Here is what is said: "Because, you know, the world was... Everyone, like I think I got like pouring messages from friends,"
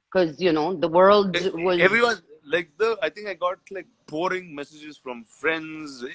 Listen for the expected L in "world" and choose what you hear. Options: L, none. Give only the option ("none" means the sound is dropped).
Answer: L